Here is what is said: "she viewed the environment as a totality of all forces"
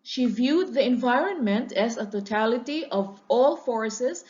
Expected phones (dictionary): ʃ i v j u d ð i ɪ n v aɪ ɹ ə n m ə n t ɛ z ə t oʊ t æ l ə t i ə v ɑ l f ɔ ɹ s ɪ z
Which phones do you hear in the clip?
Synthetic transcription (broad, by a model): ʃ i v j u d ð i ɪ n v aɪ ɹ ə n m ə n t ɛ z ə t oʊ t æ l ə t i ə v ɑ l f ɔ ɹ s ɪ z